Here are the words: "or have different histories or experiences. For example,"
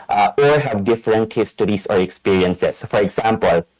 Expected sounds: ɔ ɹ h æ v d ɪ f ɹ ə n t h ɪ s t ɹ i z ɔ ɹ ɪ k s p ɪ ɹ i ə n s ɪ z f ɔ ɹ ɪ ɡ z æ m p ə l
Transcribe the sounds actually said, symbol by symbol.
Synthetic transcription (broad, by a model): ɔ ɹ h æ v d ɪ f ɹ ə n t h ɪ s t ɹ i s ɔ ɹ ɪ k s p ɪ ɹ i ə n s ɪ s f ɔ ɹ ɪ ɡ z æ m p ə l